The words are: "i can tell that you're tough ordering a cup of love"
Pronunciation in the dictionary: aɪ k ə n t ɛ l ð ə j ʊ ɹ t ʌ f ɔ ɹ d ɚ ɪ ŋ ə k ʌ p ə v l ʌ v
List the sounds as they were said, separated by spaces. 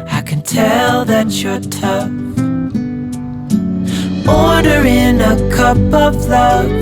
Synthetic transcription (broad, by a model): aɪ k ə n t ɛ l ð ə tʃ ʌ ɹ t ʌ ɔ ɹ d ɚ ɪ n ə k ʌ p ə v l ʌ